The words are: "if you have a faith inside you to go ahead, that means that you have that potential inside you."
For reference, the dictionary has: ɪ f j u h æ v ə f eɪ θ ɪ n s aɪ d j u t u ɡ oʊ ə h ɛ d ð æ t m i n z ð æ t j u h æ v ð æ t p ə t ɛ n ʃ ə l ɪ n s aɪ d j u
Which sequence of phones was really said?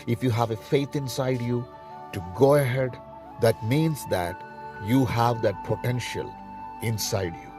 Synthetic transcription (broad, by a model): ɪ f j u h æ v ə f eɪ t ɪ n s aɪ d j u t u ɡ oʊ ə h ɛ d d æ t m i n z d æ t j u h æ v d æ t p ə t ɛ n ʃ ə l ɪ n s aɪ d j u